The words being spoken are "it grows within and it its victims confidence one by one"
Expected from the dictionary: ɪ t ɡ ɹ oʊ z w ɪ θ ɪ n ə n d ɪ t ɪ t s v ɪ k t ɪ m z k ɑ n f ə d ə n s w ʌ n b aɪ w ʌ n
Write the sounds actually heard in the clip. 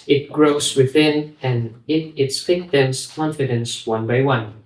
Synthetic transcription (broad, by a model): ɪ t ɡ ɹ oʊ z w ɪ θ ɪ n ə n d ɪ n ɪ t s f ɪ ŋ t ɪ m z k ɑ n f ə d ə n s w ʌ n b aɪ w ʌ n